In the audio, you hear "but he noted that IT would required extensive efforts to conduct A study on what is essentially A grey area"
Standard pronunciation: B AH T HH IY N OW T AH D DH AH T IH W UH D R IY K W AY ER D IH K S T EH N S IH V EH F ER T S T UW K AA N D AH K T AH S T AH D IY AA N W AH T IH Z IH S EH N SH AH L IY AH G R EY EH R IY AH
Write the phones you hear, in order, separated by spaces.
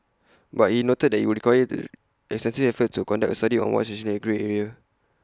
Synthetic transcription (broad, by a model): B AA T HH IY N OW T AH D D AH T IH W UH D R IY K W AY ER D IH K S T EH N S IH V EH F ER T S T UW K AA N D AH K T AH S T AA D IY AA N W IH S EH SH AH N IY AH G R EY EH R IY AH